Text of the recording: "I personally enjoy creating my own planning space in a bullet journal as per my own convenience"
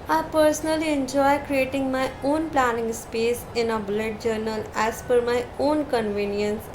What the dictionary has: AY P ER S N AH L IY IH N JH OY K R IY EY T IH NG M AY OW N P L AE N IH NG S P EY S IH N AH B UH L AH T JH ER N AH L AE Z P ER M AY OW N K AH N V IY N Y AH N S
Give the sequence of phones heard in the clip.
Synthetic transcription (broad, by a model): AY P ER S N AH L IY IH N JH OY K R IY EY T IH NG M AY OW N P L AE N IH NG S P EY S IH N AH B UH L AH T JH ER N AH L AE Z F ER M AY OW N K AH N V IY N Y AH N S